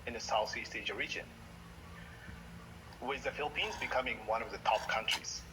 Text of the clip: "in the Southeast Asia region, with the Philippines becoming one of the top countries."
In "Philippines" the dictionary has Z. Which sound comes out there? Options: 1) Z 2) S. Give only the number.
1